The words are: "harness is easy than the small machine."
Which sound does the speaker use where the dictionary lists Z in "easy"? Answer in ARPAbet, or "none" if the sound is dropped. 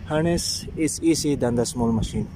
S